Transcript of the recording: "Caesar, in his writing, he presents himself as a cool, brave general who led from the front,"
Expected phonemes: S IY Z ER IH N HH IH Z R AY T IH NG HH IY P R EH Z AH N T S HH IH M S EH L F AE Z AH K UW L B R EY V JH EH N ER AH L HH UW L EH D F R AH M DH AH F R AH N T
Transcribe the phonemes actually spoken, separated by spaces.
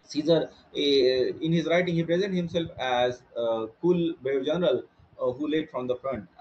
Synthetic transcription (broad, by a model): S IY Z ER IH N HH IH Z R AY T IH NG HH IY P R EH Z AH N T HH IH M S EH L F AE Z K UW L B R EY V JH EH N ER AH L HH UW L EH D F R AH M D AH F R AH N T